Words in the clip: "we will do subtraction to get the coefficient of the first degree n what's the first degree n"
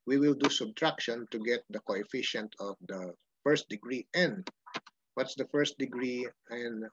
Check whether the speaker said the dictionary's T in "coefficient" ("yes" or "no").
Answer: yes